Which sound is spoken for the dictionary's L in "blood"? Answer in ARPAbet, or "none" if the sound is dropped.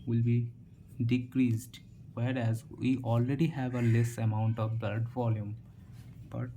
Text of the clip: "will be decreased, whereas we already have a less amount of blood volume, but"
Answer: none